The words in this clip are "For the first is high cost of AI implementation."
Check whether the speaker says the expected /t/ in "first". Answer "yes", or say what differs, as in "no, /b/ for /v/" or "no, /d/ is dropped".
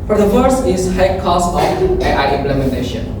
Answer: no, /t/ is dropped